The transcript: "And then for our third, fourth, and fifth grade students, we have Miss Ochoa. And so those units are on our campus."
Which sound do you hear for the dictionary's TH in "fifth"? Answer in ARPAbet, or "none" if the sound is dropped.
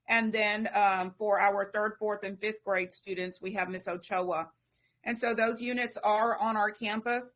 TH